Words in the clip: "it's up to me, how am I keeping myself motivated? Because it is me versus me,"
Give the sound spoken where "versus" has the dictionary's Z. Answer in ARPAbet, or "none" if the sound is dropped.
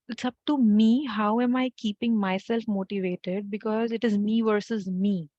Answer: Z